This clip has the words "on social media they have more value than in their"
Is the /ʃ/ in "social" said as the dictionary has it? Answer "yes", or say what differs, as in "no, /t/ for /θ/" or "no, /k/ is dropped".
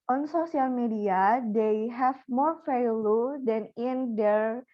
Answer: no, /s/ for /ʃ/